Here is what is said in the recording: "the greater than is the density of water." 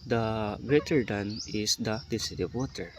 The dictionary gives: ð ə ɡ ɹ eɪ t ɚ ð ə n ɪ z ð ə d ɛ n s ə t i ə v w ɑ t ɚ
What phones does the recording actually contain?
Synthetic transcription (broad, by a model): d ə ɡ ɹ eɪ t ɚ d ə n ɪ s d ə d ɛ s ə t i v w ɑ t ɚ